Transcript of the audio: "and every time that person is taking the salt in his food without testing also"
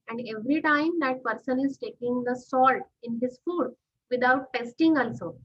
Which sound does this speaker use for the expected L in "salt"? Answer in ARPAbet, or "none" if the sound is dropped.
L